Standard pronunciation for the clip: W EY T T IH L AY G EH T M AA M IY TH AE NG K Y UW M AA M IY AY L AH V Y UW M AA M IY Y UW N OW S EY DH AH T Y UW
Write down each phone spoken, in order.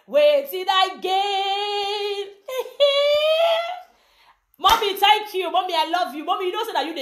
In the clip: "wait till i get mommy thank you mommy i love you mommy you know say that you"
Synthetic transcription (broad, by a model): W EY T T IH N AY G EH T M AA M IY T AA K Y UW M AA M IY AY L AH V Y UW M AA M IY Y UW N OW S EY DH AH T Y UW